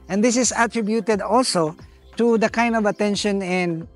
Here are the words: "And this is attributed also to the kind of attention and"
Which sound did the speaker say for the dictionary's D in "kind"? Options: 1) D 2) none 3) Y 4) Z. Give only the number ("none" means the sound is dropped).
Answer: 1